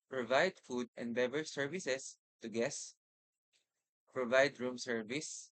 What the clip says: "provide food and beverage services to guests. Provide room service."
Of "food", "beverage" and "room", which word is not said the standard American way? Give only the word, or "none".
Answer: beverage